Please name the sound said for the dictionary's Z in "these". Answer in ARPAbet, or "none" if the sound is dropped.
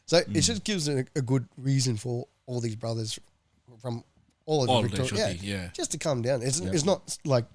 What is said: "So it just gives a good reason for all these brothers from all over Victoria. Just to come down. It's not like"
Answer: Z